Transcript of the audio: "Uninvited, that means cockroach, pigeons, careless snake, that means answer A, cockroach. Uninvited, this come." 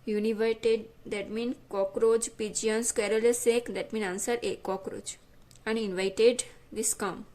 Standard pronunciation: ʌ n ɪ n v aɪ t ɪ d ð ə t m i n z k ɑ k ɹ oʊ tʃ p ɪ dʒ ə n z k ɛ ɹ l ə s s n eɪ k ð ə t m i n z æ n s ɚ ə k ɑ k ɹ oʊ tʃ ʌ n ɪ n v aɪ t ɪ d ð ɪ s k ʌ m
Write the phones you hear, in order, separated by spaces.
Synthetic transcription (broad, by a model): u n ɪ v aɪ t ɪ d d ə t m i n k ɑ k ɹ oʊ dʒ p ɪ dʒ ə n s k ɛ ɹ l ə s s eɪ k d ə t m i n ɑ n s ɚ ə k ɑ k ɹ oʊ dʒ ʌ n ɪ n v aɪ t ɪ d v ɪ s k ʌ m